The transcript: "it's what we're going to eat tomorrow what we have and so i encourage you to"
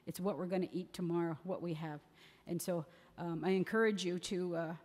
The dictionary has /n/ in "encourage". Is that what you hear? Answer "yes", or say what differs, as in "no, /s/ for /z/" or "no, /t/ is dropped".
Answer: yes